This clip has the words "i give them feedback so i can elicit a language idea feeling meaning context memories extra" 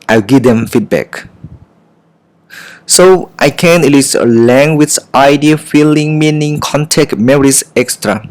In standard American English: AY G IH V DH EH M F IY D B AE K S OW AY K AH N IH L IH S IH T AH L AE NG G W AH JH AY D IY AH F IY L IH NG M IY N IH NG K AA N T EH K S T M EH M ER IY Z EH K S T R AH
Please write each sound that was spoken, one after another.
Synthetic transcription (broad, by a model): AY G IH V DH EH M F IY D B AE K S OW AY K AH N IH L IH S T AH L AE NG G W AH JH AY D IY AH F IY L IH NG M IY N IH NG K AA N T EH K T M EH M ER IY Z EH K S T R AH